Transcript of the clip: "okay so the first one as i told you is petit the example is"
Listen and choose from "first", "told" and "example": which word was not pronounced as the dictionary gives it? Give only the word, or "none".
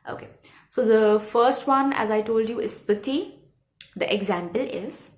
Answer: none